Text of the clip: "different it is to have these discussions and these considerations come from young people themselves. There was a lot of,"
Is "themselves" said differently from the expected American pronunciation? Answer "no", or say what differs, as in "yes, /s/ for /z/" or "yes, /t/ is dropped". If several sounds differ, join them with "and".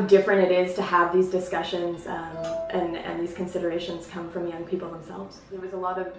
no